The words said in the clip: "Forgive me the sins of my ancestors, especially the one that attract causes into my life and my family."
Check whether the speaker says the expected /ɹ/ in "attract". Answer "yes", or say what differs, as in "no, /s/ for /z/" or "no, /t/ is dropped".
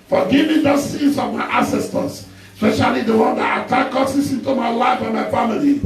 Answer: no, /ɹ/ is dropped